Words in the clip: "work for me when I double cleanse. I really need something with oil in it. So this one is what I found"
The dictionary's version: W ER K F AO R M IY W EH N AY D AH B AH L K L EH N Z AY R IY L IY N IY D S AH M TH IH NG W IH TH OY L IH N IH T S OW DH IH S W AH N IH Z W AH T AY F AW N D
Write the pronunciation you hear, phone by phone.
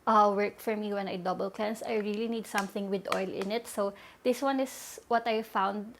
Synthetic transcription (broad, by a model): W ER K F AO R M IY W EH N AY D AH B AH L K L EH N S AY R IY L IY N IY D S AH M TH IH NG W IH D OY L IH N IH T S OW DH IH S W AH N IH S W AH T AY F AW N D